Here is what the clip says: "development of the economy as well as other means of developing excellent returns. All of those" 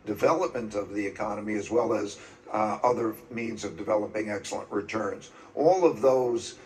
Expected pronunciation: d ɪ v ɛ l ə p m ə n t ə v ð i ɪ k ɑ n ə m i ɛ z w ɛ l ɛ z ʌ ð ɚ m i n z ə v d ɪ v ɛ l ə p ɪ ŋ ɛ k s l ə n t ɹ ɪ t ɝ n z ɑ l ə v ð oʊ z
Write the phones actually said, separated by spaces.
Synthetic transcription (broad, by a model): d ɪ v ɛ l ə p m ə n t ə v ð i ɪ k ɑ n ə m i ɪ z w ɛ l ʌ z ʌ ð ɚ m i n z ə v d ɪ v ɛ l ə p ɪ ŋ ɛ k s l ə n t ɹ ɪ t ɝ n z ɑ l ə v ð oʊ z